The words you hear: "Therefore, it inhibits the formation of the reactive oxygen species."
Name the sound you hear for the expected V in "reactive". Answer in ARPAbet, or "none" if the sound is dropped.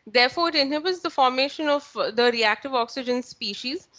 V